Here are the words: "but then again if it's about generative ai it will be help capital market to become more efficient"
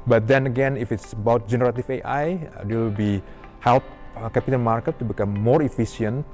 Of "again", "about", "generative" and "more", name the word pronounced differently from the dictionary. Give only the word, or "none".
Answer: generative